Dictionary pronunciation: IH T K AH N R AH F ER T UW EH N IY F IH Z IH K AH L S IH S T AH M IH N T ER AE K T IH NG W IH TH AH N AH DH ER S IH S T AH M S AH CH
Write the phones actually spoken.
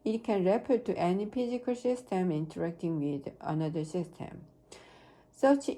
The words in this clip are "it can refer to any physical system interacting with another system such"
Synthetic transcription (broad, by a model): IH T K AH N R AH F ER T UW EH N IY P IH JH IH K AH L S IH S T AH M IH N T ER AE K T IH NG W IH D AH N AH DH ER S IH S T AH M S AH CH